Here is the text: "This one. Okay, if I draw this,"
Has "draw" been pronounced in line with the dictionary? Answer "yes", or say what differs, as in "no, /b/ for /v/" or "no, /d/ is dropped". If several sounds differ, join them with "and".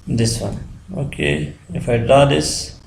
no, /ɹ/ is dropped